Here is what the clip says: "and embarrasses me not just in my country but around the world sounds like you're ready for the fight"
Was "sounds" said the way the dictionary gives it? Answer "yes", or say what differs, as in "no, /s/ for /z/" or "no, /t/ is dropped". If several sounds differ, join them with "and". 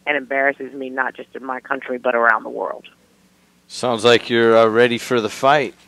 yes